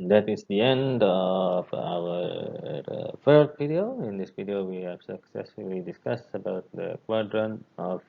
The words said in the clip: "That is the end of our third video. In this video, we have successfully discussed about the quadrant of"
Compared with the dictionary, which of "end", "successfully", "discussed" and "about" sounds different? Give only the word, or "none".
discussed